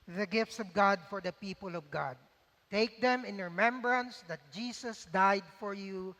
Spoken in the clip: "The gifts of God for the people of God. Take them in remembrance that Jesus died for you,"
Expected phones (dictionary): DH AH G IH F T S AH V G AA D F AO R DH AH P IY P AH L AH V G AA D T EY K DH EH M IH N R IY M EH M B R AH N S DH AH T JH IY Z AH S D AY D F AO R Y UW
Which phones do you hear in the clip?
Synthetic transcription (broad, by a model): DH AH G IH F T S AH V G AA D F AO R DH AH P IY P AH L AH V G AA D T EY K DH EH M IH N R IY M EH M B R AH N S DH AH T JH IY S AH S D AY D F AO R Y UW